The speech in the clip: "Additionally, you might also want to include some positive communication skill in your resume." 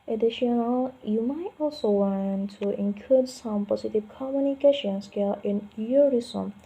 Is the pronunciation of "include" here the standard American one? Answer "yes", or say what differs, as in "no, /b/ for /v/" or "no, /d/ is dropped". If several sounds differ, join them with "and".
no, /l/ is dropped